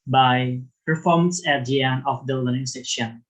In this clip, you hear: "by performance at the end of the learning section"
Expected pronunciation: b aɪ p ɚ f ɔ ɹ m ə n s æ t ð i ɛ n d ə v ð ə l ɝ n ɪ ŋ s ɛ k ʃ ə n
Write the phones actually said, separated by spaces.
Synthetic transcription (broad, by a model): b aɪ p ɚ f ɔ ɹ m ə n s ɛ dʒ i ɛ n ə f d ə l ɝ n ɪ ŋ s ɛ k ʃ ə n